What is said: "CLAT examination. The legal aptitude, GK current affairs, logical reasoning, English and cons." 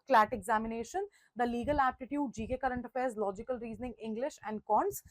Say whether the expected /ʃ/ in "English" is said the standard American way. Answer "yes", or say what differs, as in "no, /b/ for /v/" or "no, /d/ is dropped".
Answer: yes